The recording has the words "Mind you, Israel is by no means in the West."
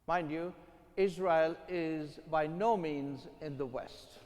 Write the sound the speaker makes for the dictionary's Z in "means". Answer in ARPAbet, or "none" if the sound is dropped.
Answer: Z